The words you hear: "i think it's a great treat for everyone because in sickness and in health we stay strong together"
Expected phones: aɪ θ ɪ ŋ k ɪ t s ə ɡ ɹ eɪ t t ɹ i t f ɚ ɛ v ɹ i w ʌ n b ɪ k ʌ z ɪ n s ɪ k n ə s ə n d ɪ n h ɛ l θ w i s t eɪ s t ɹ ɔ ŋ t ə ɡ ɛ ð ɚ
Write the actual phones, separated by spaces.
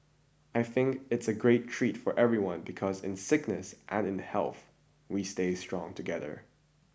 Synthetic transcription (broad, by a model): aɪ θ ɪ ŋ k ɪ t s ə ɡ ɹ eɪ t t ɹ i t f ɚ ɛ v ɹ i w ʌ n b ɪ k ʌ z ɪ n s ɪ k n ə s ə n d ɪ n h ɛ l θ w i s t eɪ s t ɹ ɔ ŋ t ə ɡ ɛ ð ɚ